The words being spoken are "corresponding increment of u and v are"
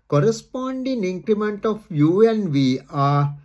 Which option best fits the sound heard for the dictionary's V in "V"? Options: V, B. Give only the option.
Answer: V